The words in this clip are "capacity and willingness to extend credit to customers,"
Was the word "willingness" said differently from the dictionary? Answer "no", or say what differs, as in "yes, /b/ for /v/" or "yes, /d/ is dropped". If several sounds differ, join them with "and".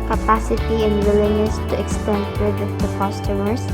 yes, /ŋ/ is dropped